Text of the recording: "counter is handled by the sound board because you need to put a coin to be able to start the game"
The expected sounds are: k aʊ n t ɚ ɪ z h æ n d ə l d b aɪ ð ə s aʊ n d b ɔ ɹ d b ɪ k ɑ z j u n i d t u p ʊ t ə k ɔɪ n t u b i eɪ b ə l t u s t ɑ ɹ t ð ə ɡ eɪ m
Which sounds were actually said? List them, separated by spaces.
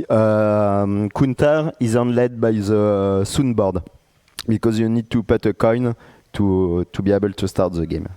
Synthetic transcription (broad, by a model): k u n t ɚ ɪ z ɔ n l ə d b aɪ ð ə s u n b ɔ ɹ d b ɪ k ɑ z j u n i d t u p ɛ t ə k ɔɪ n t u b i eɪ b ə l t u s t ɑ ɹ t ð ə ɡ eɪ m